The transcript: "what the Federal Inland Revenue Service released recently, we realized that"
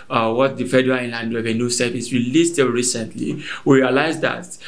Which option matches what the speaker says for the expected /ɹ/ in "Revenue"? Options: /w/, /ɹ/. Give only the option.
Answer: /w/